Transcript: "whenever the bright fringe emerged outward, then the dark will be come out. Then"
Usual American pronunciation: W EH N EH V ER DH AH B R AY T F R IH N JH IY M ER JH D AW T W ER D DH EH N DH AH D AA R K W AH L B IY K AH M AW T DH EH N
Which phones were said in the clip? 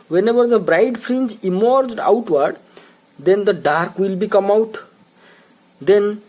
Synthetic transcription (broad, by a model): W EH N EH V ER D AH B R AY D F R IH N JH IY M ER JH D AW T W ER D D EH N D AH D AA R K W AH L B IY K AH M AW T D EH N